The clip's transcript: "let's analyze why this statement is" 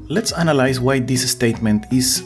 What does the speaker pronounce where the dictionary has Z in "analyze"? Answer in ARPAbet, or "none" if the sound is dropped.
S